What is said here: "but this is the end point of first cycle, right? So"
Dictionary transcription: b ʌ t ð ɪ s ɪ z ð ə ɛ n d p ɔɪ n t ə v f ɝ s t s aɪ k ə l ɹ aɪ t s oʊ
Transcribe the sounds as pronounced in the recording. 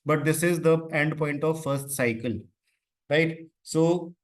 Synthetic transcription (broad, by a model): b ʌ t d ɪ s ɪ z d ə ɛ n d p ɔɪ n t ə v f ɝ s t s aɪ k ə l ɹ aɪ t s oʊ